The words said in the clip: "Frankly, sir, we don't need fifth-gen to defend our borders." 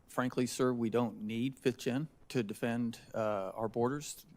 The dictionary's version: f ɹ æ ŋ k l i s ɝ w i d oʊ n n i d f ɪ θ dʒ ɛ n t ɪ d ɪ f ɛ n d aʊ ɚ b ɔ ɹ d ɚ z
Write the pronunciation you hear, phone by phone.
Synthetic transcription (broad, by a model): f ɹ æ ŋ k l i s ɝ w i d oʊ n n i d f ɪ θ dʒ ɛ n t ɪ d ɪ f ɛ n d aʊ ɚ b ɔ ɹ d ɚ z